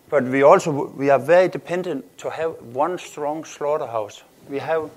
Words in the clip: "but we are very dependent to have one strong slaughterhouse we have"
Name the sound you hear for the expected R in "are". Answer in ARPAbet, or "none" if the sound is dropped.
W